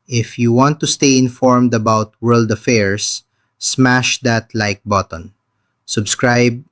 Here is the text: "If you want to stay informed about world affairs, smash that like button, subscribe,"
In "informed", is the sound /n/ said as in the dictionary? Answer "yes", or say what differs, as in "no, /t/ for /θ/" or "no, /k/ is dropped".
yes